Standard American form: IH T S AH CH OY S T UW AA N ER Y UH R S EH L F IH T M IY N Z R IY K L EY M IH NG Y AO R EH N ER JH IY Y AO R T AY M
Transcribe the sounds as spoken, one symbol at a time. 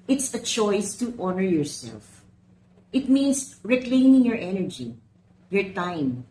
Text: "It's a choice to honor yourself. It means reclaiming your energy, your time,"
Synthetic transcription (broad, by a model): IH T S AH CH OY S T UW AA N ER Y UH R S EH L F IH T M IY N S R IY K L EY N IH NG Y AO R EH N ER JH IY Y AO R T AY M